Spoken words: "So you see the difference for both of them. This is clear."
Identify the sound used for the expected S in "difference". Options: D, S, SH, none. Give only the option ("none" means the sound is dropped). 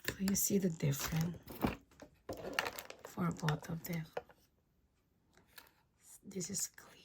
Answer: none